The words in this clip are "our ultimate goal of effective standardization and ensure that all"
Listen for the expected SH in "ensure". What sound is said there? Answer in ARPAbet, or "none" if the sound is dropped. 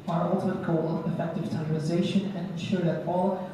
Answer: SH